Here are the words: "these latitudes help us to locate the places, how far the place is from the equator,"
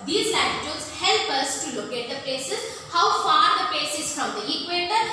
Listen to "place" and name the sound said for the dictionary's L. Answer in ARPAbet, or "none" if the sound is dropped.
none